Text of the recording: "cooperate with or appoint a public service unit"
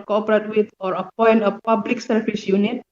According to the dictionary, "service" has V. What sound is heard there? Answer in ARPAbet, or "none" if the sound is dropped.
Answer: B